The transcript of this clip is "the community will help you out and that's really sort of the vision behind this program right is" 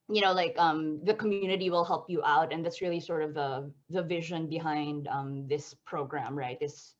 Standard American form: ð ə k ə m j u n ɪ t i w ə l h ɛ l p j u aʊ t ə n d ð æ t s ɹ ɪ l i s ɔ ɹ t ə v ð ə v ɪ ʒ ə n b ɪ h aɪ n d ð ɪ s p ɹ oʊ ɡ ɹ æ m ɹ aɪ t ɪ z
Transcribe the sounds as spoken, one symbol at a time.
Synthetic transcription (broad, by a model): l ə k ə m j u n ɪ t i w ə l h ɛ l p j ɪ aʊ t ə n ð æ t s ɹ ɪ l i s ɔ ɹ t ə v ð ə v ɪ ʒ ə n b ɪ h aɪ n d ð ɪ s p ɹ oʊ ɡ ɹ æ m ɹ aɪ t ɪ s